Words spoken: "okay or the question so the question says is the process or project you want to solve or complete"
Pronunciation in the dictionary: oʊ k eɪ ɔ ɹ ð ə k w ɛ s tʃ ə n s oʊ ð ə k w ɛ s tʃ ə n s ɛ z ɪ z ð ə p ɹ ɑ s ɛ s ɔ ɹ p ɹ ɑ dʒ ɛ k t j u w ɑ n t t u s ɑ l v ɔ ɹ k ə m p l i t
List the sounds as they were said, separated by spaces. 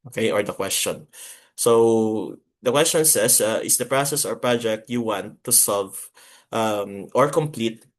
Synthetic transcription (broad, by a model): oʊ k eɪ ɔ ɹ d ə k w ɛ s tʃ ə n s oʊ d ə k w ɛ s tʃ ə n s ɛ s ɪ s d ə p ɹ ɑ s ɛ s ɔ ɹ p ɹ ɑ dʒ ɛ k t j u w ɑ n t t u s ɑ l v ɔ ɹ k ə m p l i t